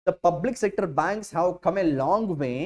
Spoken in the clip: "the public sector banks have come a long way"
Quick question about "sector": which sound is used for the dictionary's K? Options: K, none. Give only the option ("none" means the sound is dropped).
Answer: K